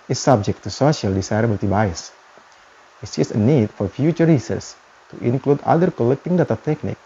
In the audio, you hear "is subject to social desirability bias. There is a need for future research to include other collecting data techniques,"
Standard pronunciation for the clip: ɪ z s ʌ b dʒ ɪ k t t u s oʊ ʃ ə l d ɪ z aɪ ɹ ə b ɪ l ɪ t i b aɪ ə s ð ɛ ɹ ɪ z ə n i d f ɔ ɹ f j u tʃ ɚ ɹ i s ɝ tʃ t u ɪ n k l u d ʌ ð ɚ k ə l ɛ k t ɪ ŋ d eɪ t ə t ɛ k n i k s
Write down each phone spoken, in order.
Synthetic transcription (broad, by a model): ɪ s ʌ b dʒ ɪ k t t u s oʊ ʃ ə l d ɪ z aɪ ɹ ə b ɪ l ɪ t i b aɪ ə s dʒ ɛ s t ə n i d f ɔ ɹ f j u tʃ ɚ ɹ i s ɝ s t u ɪ n k l u d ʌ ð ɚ k ə l ɛ k t ɪ ŋ d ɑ t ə t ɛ k n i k